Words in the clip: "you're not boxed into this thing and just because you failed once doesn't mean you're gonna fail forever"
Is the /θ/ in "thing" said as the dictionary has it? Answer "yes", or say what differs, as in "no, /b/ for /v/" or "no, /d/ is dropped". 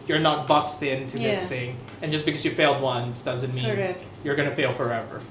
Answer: yes